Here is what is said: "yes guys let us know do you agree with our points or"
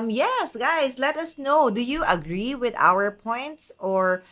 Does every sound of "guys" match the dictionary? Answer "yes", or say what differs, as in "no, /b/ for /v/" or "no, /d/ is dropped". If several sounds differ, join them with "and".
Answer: no, /s/ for /z/